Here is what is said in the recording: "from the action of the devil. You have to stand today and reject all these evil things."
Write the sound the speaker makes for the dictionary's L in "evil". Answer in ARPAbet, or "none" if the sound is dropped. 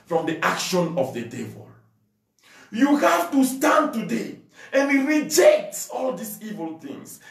L